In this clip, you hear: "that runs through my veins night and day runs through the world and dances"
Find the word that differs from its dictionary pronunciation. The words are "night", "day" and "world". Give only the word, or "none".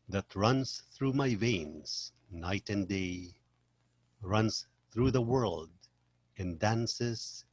none